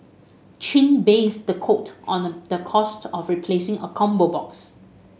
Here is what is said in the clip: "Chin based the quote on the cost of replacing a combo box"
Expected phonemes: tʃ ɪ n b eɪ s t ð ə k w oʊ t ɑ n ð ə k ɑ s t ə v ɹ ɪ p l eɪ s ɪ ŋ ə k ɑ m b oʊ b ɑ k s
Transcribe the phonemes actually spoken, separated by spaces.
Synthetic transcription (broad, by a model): tʃ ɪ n b eɪ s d ə k oʊ t ɑ n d ə k ɑ s t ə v ɹ ɪ p l eɪ s ɪ ŋ ə k ɑ m b oʊ b ɑ k s